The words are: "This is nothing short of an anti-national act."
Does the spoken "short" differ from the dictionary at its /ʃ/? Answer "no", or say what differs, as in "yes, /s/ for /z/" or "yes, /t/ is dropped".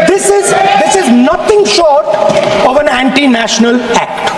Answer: no